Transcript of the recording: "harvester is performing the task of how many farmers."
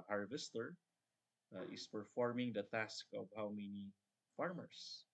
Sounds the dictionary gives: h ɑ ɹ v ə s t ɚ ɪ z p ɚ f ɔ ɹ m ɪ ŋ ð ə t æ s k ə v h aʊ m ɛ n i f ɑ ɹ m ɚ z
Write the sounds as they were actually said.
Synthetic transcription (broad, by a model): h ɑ ɹ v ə s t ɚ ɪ s p ɚ f ɔ ɹ m ɪ ŋ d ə t æ s k ə v h aʊ m ɛ n i f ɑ ɹ m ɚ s